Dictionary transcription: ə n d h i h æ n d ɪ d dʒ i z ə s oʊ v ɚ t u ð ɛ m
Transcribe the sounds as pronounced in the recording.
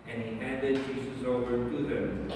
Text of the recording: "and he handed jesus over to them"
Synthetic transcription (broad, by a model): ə n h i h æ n d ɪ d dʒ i s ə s oʊ v ɚ t u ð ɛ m